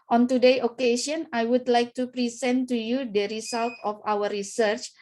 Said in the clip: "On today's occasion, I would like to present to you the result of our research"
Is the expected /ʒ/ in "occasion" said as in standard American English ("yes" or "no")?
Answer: no